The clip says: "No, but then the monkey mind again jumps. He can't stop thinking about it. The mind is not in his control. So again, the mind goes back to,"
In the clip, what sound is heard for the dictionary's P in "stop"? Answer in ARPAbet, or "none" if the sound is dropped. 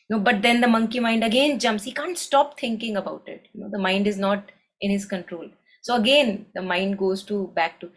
P